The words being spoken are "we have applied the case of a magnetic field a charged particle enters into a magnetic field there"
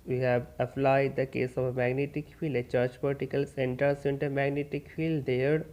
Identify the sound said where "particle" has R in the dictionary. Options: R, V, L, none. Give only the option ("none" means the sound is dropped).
L